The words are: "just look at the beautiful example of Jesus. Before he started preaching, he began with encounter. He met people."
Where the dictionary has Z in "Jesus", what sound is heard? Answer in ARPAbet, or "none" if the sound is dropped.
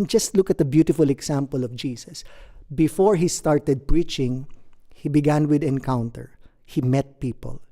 S